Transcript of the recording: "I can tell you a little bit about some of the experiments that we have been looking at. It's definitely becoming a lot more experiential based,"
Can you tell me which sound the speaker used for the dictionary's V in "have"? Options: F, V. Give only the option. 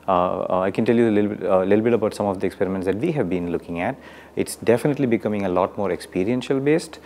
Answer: V